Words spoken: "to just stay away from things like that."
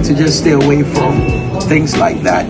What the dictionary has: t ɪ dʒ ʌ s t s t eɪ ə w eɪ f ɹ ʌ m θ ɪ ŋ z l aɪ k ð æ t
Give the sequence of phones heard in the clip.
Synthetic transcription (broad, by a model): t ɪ dʒ ʌ s t s t eɪ ə w eɪ f ɹ ʌ m θ ɪ ŋ z l aɪ k ð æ t